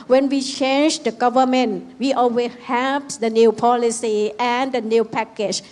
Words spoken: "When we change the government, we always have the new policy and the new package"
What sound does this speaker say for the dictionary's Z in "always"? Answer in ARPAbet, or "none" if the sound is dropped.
none